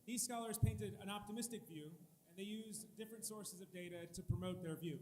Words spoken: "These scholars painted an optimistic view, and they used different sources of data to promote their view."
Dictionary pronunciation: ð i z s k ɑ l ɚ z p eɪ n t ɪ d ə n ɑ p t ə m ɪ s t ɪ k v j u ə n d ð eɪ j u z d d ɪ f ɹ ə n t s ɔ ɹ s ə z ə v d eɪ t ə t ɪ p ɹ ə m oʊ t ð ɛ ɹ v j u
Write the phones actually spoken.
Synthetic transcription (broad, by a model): ð i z s k ɑ l ɚ z p eɪ n t ɪ d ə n ɑ p t ə m ɪ s t ɪ k v j u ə n ð eɪ j u z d d ɪ f ɹ ə n t s ɔ ɹ s ə z ə v d eɪ t ə t ɪ p ɹ ə m oʊ t ð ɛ ɹ v j u